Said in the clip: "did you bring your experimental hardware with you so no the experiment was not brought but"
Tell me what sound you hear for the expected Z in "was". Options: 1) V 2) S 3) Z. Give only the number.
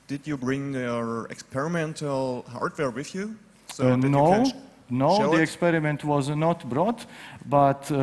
3